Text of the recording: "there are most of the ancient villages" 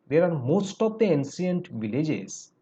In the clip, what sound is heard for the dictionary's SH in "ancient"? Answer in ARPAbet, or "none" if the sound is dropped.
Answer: S